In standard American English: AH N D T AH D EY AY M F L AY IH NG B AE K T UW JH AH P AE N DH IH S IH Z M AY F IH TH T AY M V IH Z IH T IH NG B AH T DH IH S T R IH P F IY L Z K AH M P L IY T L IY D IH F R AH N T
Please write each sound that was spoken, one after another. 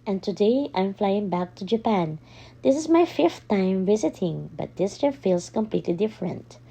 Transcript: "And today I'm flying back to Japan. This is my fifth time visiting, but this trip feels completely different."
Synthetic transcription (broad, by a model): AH N T AH D EY AY M F L AY IH NG B AE K T UW JH AH P AE N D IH S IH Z M AY F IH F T AY M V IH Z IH T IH NG B AH T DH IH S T IH F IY L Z K AH M P L IY T L IY D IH F R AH N T